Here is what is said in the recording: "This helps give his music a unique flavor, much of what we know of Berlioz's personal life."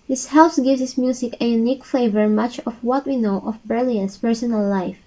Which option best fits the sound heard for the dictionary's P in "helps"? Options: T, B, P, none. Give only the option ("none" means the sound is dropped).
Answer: none